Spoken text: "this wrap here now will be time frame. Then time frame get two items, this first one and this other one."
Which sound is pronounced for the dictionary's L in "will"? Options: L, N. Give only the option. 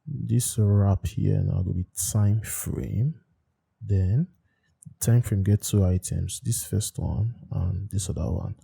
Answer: N